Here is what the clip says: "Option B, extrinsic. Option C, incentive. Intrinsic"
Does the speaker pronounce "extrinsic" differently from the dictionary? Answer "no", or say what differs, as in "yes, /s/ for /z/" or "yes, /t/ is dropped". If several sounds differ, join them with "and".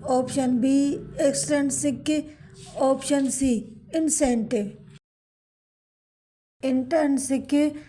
yes, /ɹ/ is dropped